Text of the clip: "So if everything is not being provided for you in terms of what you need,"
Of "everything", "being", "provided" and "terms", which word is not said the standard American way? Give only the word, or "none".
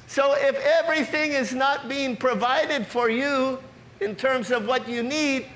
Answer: none